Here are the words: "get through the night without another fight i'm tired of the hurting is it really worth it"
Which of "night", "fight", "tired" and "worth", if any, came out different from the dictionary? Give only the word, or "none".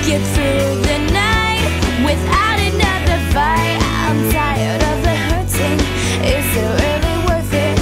fight